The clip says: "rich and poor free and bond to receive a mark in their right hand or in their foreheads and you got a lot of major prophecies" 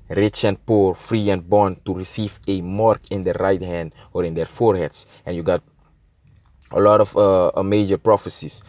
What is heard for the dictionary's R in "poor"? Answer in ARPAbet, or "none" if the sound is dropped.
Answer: R